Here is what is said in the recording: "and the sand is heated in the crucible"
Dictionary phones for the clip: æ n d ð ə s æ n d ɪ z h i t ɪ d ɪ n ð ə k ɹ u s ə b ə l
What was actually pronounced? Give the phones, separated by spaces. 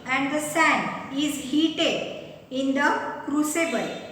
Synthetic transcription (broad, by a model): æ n d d ə s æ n ɪ z h i t ɪ d ɪ n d ə k ɹ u s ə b ə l